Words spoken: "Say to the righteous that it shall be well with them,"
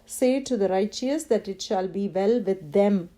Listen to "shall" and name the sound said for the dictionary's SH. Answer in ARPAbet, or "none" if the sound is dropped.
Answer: SH